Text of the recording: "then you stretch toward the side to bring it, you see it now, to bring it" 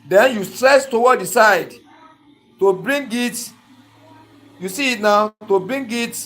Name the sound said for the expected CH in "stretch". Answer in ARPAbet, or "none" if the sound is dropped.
S